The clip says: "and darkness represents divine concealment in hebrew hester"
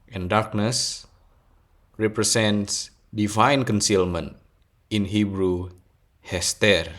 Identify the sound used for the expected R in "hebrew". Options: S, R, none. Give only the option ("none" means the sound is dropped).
R